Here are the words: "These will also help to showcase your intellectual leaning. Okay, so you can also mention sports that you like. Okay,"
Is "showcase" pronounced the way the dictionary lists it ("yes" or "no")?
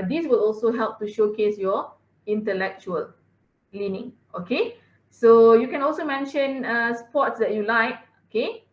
yes